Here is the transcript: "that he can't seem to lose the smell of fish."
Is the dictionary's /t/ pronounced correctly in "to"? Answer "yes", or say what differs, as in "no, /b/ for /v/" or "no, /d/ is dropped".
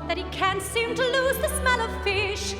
yes